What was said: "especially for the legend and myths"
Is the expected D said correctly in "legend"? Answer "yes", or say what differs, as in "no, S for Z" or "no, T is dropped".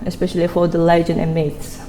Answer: no, D is dropped